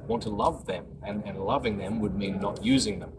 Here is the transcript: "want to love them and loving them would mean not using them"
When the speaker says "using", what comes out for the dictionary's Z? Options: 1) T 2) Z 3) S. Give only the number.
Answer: 2